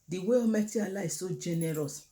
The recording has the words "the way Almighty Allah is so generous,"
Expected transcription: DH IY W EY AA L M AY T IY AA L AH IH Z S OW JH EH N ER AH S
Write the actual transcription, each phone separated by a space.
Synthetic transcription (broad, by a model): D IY W EY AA M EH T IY AA L AH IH S OW JH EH N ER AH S